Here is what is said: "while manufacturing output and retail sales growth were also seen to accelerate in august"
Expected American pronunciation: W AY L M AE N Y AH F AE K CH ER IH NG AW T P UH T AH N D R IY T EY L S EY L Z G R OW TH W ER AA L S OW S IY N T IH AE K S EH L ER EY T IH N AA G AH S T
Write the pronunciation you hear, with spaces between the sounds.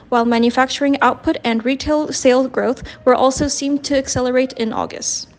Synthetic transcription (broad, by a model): W AY L M AE N Y AH F AE K CH ER IH NG AW T P UH T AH N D R IY T EY L S EY L G R OW TH W ER AA L S OW S IY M T IH AE K S EH L ER EY T IH N AA G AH S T